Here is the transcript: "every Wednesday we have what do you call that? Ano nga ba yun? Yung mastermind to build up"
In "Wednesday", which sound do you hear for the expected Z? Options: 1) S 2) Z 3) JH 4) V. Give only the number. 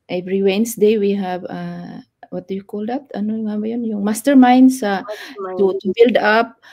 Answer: 1